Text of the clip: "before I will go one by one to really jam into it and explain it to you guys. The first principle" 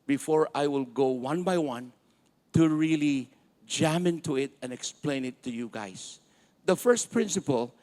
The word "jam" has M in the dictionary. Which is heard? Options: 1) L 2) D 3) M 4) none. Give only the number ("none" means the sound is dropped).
3